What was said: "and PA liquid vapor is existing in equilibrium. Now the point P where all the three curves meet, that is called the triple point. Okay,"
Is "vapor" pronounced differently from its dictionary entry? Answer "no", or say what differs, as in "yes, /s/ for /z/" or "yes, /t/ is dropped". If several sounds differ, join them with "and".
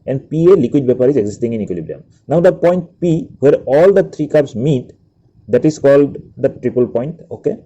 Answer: yes, /b/ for /v/